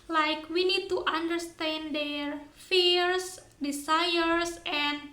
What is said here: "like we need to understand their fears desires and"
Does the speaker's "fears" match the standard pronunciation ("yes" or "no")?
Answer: no